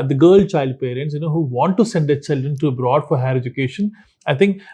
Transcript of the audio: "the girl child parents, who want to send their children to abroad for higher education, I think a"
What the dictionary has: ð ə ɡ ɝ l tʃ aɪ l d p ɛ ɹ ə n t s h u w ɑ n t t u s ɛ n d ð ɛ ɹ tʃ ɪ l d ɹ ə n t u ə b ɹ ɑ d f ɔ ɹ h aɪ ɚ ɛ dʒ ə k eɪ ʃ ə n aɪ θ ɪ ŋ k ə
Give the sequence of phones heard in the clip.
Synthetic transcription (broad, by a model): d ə ɡ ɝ l tʃ aɪ l d p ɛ ɹ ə n t s h u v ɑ n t t u s ɛ n d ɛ tʃ ɪ l d ɹ ə n t u ə b ɹ ɑ d f ɔ ɹ h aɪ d ɛ dʒ ə k eɪ ʃ ə n aɪ t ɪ ŋ k